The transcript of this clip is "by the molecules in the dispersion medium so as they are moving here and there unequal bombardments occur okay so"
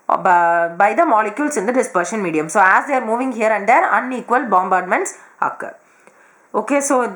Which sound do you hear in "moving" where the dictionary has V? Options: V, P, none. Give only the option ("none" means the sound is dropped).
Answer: V